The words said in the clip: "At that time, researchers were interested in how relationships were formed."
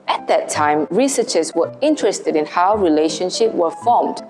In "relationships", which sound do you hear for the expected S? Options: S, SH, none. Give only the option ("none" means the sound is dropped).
none